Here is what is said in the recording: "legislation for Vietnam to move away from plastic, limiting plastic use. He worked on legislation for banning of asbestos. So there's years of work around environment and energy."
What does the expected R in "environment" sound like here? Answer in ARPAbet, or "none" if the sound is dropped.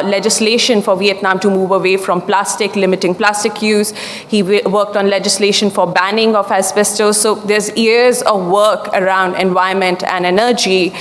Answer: none